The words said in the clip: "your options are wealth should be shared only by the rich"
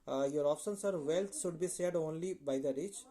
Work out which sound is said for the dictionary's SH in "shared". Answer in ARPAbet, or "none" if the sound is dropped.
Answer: S